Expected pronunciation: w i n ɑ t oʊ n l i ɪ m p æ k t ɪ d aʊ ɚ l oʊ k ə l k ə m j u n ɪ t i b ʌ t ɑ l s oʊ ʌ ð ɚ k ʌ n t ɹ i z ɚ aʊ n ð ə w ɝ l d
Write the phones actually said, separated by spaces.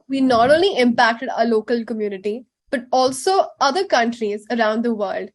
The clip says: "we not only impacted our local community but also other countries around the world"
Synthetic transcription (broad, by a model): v i n ɑ t oʊ n l i ɪ m p æ k t ɪ d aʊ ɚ l oʊ k ə l k ə m j u n ɪ t i b ʌ t ɑ l s oʊ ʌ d ɚ k ʌ n t ɹ i z ɚ aʊ n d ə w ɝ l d